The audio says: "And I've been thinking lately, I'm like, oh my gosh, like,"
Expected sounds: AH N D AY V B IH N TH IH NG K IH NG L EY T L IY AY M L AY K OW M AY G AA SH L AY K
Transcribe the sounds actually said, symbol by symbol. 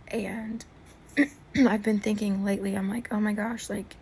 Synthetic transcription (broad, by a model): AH N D AY V B IH N TH IH NG K IH NG L EY T L IY AY M L AY K OW M AY G AA SH L AY K